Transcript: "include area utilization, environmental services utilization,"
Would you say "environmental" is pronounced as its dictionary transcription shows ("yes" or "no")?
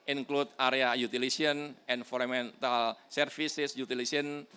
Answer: no